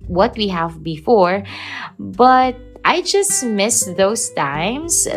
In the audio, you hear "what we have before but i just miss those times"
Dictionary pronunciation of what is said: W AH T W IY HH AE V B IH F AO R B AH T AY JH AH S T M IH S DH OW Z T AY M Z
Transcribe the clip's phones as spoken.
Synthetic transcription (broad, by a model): W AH T W IY HH AE V B IH F AO R B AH T AY JH AH S T M IH S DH OW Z T AY M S